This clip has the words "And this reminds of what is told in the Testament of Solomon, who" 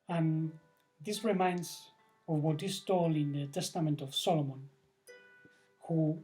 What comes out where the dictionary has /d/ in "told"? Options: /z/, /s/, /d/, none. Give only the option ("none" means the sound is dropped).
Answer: none